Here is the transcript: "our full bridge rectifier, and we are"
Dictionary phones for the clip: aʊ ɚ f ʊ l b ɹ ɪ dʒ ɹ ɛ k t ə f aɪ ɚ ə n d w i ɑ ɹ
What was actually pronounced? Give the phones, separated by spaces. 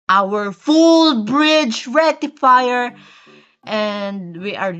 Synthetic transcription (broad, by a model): aʊ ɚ f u l b ɹ ɪ dʒ ɹ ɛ t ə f aɪ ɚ ə n d w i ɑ ɹ